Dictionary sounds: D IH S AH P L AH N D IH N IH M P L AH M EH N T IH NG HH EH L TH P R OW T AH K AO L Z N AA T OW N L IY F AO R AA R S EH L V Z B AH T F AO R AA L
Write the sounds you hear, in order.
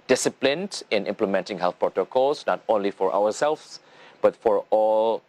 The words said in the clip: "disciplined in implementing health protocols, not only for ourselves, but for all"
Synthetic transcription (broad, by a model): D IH S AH P L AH N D IH N IH M P L AH M EH N T IH NG HH EH L TH P R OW T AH K AO L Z N AA T OW N L IY F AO R AA W S EH L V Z B AH T F AO R AA L